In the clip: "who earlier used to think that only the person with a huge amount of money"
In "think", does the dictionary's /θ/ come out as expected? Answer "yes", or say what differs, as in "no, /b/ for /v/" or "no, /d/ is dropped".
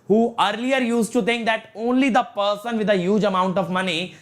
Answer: no, /t/ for /θ/